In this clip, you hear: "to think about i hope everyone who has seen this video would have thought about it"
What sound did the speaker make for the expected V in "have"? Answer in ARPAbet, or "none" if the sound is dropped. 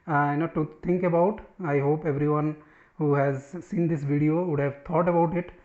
V